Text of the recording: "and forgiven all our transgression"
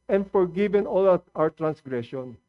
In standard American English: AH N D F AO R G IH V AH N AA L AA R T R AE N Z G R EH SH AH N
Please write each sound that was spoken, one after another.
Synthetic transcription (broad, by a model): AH N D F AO R G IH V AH N AA L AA W T R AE N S G R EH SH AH N